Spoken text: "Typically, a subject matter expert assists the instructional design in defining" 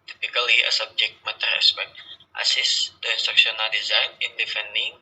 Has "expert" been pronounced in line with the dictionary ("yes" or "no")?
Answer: no